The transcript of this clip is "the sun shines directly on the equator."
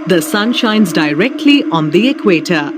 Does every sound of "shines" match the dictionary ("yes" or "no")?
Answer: yes